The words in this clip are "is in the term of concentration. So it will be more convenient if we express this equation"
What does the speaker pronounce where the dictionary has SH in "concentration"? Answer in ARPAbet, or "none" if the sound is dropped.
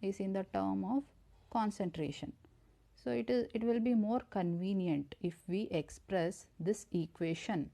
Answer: SH